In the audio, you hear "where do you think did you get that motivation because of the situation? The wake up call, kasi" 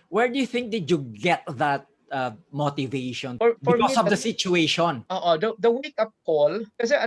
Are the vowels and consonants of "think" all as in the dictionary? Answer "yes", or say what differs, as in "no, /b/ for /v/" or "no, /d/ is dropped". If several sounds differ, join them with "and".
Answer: yes